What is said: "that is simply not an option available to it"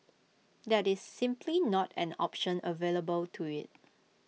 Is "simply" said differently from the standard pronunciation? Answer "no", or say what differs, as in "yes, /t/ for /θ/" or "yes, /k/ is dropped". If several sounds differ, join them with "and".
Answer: no